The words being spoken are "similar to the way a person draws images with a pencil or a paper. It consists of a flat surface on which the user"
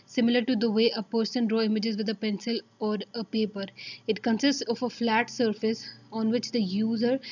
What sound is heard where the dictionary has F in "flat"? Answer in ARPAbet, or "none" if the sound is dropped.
F